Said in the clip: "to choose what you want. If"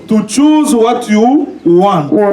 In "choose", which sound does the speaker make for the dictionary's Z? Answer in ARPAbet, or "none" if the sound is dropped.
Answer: Z